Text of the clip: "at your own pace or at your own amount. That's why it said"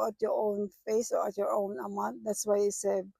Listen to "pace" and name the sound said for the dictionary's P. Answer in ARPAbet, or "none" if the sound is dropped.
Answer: F